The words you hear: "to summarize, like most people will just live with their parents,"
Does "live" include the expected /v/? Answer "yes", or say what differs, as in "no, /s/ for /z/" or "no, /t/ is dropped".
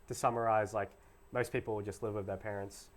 yes